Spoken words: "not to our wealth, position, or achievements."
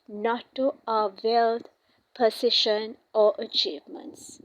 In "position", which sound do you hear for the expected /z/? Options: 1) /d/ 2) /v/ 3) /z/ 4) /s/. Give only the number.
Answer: 4